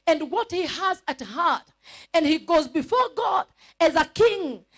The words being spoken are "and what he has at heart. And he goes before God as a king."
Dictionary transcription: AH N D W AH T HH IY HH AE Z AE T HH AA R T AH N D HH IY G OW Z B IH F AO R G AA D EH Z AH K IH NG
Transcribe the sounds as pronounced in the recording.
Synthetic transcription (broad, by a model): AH N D W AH T HH IY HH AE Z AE T HH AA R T AH N D HH IY G OW Z B IH F AO R G AA D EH Z AH K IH NG